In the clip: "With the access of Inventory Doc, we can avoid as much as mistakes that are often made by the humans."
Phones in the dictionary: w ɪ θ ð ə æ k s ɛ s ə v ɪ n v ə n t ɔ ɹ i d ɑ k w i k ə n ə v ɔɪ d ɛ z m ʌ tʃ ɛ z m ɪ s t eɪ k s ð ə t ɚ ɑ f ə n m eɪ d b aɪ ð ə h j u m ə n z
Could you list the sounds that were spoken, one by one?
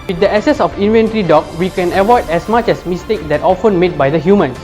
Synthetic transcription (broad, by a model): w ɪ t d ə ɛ s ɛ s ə f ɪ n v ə n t ɹ i d ɑ k w i k ə n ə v ɔɪ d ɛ s m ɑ tʃ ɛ s m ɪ s t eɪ k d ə t ɑ f ə n m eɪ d b aɪ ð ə h j u m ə n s